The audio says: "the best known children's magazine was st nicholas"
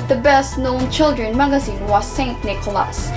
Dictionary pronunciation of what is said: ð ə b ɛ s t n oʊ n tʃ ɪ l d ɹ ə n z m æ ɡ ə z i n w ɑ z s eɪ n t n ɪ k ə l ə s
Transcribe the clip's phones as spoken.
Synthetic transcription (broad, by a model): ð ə b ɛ s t n oʊ n tʃ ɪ l d ɹ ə n m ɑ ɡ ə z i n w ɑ s eɪ n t n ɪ k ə l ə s